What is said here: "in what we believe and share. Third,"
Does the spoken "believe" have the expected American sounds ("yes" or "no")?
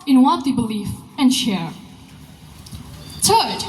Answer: no